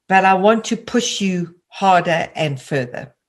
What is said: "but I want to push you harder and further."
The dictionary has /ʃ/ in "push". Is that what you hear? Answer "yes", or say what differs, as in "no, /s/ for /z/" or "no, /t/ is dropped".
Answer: yes